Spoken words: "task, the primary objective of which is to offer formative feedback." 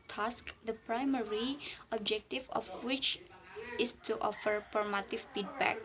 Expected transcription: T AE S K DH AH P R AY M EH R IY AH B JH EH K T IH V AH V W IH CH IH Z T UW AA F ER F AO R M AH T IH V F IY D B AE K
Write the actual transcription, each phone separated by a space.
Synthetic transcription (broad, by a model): T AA S K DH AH P R AY M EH R IY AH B JH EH K T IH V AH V W IH CH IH S T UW AA F ER P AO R M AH T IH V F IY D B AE K